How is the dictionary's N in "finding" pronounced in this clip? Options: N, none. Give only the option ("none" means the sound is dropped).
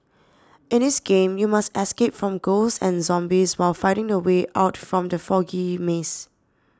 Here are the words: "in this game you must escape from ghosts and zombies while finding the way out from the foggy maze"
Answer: none